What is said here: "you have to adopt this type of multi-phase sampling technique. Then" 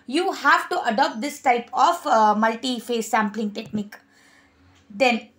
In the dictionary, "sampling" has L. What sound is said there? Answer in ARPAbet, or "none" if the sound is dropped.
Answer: L